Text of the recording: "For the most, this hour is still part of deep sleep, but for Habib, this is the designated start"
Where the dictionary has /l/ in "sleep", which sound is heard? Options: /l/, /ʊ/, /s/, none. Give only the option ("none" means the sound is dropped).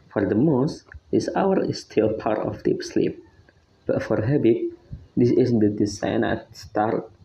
/l/